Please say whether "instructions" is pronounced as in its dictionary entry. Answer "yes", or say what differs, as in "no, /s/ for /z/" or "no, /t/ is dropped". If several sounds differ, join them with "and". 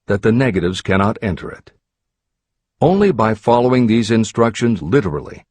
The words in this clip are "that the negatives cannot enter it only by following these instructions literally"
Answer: yes